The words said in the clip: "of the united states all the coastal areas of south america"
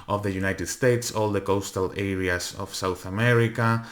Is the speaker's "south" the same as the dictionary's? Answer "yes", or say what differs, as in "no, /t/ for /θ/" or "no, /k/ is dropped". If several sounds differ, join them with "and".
yes